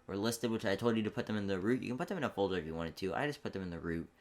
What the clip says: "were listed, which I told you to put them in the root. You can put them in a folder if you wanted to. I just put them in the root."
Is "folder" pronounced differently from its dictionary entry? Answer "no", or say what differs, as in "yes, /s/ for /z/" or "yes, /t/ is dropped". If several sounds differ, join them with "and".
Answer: no